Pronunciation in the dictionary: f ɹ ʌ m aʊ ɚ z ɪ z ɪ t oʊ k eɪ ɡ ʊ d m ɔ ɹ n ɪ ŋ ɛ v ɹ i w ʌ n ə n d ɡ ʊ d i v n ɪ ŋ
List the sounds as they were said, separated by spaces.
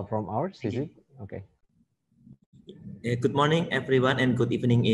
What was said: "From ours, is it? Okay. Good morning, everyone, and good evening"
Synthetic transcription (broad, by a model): f ɹ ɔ m aʊ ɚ s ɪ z ɪ t oʊ k eɪ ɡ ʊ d m ɔ ɹ n ɪ ŋ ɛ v ɹ i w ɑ n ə n ɡ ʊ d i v n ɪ ŋ